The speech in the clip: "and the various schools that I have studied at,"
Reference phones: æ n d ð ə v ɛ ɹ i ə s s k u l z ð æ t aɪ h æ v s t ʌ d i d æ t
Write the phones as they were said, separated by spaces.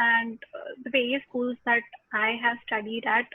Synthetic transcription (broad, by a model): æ n d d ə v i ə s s k u l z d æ t aɪ h æ v s t ʌ d i d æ t